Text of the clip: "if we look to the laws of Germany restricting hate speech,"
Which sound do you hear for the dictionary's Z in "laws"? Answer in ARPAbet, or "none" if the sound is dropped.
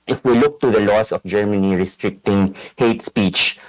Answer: S